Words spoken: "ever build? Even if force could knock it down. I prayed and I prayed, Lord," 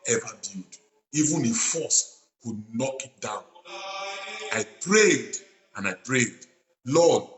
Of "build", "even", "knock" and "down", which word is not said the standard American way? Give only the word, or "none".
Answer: build